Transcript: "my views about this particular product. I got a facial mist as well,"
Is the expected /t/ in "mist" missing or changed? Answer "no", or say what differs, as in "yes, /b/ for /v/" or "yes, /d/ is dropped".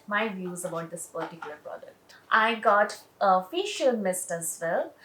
no